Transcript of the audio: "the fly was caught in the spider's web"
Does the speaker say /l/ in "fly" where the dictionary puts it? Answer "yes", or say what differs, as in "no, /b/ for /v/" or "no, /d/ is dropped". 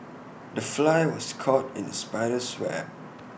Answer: yes